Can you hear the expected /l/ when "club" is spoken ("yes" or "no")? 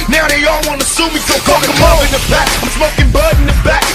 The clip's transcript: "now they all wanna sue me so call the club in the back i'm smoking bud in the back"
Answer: no